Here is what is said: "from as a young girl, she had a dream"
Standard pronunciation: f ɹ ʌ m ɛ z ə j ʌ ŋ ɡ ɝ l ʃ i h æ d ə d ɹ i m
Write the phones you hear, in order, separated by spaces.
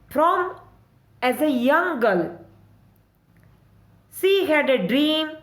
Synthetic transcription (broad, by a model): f ɹ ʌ m ɛ z ə j ʌ ŋ ɡ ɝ l s i h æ d ə d ɹ i m